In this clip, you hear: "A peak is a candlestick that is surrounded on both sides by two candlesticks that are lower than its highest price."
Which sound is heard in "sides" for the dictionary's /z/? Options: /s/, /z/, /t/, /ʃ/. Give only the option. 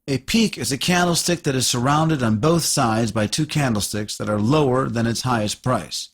/z/